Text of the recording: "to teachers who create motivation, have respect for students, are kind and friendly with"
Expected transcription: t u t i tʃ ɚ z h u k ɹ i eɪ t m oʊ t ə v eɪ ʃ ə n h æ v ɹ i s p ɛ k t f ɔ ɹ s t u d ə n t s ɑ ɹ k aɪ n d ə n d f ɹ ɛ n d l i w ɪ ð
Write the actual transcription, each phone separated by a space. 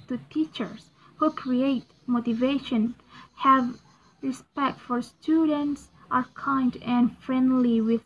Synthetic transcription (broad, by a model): t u t i tʃ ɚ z h u k ɹ i eɪ t m oʊ t ə v eɪ ʃ ə n h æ v ɹ i s p ɛ k t f ɔ ɹ s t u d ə n t s ɑ ɹ k aɪ n d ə n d f ɹ ɛ n d l i w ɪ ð